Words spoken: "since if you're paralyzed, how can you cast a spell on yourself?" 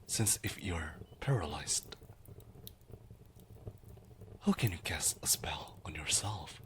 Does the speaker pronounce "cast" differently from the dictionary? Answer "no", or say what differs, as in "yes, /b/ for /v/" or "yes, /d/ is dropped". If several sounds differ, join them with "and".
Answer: yes, /t/ is dropped